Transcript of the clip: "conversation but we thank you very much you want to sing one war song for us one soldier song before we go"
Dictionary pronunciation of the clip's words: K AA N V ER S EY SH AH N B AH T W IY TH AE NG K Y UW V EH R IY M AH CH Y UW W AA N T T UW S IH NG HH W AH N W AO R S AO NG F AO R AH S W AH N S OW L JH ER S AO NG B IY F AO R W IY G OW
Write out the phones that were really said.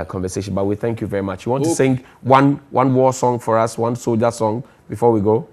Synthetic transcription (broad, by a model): K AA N V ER S EY SH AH N B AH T W IY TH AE NG K Y UW V EH R IY M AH CH Y UW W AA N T T UW S IH NG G W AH N W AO W S AO NG F AO R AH S W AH N S OW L JH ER S AO NG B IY F AO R W IY G OW